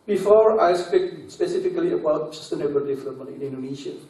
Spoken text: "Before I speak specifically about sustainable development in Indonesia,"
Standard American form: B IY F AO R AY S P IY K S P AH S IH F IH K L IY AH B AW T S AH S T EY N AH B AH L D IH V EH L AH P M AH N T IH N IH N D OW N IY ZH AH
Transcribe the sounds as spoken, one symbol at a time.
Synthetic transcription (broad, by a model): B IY F AO R AY S P IY K S P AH S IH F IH K L IY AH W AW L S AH S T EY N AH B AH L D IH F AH M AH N IH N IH N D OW N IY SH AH